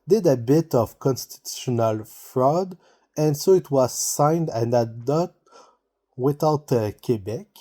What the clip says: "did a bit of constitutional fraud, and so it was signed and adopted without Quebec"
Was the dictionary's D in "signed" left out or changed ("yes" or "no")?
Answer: no